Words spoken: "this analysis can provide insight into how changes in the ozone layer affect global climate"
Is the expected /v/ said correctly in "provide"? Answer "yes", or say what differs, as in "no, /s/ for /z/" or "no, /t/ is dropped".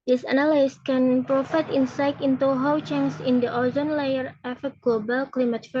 no, /f/ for /v/